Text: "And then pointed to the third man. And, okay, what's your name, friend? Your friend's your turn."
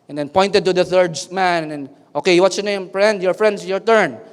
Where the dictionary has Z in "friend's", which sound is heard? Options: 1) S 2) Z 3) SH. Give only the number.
1